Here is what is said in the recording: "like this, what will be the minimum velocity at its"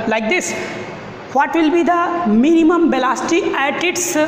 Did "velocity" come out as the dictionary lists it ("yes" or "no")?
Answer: no